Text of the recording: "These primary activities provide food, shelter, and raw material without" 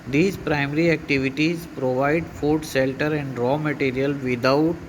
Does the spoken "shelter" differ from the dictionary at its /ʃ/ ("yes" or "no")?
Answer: yes